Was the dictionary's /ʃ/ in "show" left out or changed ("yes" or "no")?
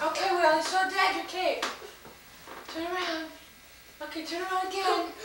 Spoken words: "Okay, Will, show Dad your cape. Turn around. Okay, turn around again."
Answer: yes